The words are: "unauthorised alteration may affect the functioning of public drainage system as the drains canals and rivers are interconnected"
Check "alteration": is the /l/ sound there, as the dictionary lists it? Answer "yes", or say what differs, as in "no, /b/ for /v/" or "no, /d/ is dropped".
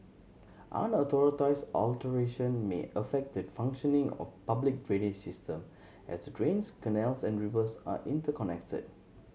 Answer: yes